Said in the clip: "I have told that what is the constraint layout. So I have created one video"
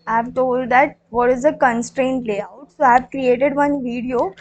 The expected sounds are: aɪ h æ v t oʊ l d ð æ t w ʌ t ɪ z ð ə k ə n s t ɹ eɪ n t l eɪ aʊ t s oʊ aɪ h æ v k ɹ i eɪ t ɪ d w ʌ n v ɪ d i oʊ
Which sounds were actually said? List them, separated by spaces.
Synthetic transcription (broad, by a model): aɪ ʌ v t oʊ l d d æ t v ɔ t ɪ z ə k ə n s t ɹ eɪ n t l eɪ aʊ t s oʊ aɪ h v k ɹ i eɪ t ɪ d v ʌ n v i d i oʊ